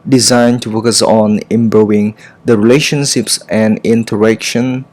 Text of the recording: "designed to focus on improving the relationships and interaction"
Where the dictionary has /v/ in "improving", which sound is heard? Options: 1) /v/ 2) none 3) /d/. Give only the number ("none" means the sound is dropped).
2